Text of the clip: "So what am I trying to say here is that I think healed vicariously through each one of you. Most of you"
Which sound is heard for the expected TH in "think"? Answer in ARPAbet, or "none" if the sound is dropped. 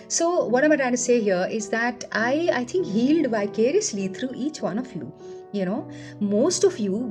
T